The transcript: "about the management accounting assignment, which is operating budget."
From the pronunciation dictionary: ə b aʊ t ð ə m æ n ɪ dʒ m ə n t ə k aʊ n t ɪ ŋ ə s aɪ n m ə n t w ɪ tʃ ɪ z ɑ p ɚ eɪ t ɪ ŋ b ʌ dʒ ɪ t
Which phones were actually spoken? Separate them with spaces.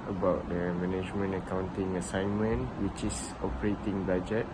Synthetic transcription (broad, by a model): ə b aʊ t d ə m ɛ n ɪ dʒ m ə n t ə k aʊ n t ɪ ŋ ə s aɪ n m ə n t w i tʃ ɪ s ɑ p ɚ eɪ t ɪ ŋ b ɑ dʒ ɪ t